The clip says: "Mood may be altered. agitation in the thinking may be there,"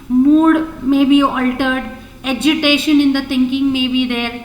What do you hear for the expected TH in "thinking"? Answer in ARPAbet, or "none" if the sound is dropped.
T